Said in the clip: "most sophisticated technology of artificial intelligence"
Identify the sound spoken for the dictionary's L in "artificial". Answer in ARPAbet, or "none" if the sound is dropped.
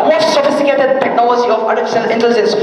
N